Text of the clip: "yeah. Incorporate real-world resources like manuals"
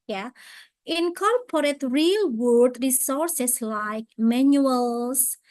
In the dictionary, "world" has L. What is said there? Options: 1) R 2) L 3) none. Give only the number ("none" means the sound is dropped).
3